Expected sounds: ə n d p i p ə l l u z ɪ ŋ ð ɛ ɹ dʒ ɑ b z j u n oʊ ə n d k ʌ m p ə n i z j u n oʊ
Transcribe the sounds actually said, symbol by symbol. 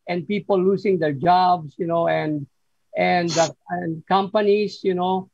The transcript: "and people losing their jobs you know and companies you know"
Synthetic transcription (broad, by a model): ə n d p i p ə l l u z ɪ ŋ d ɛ ɹ dʒ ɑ b s j u n oʊ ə n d k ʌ m p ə n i s j u n oʊ